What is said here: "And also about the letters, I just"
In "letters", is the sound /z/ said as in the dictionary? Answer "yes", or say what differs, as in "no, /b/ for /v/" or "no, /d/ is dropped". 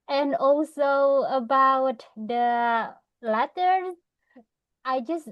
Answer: no, /z/ is dropped